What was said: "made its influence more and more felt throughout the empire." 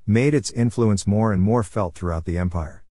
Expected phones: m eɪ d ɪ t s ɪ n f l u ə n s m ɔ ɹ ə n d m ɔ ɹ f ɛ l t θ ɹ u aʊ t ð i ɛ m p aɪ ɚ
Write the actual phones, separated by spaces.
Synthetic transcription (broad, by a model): m eɪ d ɪ t s ɪ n f l u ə n s m ɔ ɹ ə n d m ɔ ɹ f ɛ l t θ ɹ u aʊ t ð i ɛ m p aɪ ɚ